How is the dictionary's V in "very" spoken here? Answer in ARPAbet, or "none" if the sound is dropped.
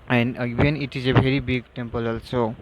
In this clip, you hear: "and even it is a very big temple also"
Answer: B